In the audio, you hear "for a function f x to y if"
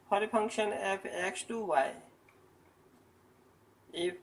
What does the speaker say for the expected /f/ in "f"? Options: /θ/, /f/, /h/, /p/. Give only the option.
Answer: /p/